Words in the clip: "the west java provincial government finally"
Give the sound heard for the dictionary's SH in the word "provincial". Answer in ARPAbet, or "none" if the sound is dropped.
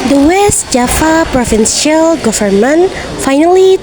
S